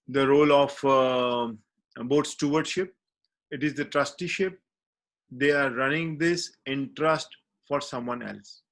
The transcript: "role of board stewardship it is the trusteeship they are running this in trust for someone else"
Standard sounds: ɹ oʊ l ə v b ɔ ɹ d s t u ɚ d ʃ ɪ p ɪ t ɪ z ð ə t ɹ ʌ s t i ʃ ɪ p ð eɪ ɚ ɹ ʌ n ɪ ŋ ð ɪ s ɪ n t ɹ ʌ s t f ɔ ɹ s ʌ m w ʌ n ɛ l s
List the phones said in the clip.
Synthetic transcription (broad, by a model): ɹ oʊ l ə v b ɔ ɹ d s t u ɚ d ʃ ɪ p ɪ t ɪ z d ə t ɹ ʌ s t i ʃ ɪ p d eɪ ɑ ɹ ʌ n ɪ ŋ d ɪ s ɪ n t ɹ ʌ s t f ɔ ɹ s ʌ m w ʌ n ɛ l s